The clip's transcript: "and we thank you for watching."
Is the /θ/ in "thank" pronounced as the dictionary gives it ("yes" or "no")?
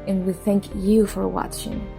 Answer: yes